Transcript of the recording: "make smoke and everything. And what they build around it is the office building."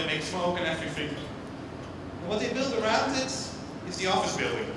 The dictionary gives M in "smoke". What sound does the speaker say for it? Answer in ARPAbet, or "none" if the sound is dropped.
none